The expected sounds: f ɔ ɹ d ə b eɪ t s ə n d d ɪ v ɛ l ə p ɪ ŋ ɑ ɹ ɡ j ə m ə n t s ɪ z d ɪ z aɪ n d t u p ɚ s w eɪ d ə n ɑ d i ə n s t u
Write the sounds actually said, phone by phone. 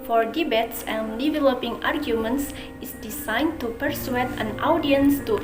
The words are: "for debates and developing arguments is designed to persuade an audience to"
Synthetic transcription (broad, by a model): f ɔ ɹ d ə b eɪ t s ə n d d ɪ v ɛ l ə p ɪ ŋ ɑ ɹ ɡ j ə m ə n t s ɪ s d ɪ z aɪ n t u p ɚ s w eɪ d ə n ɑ d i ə n s t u